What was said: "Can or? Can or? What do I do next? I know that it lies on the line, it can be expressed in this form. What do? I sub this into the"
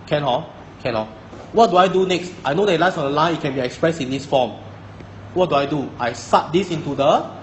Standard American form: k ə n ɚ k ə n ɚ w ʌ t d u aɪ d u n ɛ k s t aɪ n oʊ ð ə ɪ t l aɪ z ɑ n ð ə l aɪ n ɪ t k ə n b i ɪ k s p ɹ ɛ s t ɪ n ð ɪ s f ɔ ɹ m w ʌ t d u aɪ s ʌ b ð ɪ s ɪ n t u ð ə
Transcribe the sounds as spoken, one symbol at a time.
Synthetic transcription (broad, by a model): k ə n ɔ k ə n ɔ w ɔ t d u aɪ d u n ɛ k s t aɪ n oʊ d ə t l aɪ s ɑ n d ə l aɪ n ɪ t k ə n b i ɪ k s p ɹ ɛ s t ɪ n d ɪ s f ɔ m w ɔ t d u aɪ s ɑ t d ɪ s ɪ n t u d ə